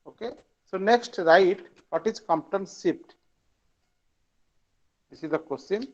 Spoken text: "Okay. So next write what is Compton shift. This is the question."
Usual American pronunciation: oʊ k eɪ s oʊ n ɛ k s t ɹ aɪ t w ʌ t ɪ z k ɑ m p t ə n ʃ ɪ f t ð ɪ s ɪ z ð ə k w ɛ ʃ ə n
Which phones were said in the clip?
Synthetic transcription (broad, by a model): oʊ k eɪ s oʊ n ɛ k s t ɹ aɪ t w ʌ t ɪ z k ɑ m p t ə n s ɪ p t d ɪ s ɪ z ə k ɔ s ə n